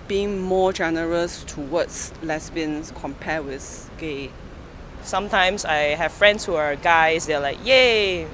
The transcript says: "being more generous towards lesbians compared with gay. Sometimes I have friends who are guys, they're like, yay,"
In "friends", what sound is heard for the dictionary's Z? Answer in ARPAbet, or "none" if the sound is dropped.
S